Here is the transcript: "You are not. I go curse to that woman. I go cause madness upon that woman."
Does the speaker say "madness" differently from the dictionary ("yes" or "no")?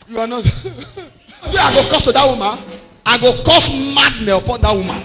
yes